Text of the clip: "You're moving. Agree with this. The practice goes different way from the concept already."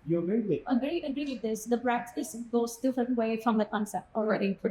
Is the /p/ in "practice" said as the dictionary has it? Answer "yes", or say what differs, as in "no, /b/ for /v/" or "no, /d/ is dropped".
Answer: no, /b/ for /p/